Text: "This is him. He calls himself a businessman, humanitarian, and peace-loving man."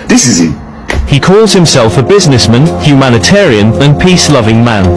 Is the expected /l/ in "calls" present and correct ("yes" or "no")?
yes